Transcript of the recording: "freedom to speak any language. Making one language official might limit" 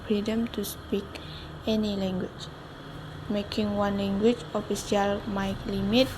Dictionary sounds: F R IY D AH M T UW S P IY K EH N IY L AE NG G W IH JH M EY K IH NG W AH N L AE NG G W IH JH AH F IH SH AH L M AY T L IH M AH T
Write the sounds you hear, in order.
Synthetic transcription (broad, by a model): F R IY D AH M T UW S P IY K EH N IY L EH NG G W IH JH M EY K IH NG W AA N L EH NG G W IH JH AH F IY S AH L M AY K L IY M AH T